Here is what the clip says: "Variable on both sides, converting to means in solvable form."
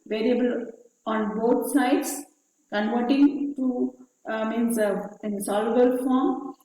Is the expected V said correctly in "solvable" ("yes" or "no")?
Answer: no